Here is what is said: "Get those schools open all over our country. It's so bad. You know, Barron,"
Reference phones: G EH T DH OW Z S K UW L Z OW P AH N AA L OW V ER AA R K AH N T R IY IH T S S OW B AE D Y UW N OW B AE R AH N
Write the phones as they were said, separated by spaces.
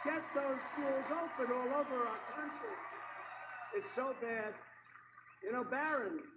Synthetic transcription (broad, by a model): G EH T DH OW Z S K UW L Z OW P AH N AA L OW V ER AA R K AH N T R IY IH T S S OW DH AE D Y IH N OW B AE R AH N